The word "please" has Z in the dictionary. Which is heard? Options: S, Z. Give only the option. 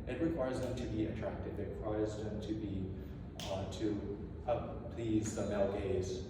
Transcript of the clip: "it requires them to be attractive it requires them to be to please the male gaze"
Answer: Z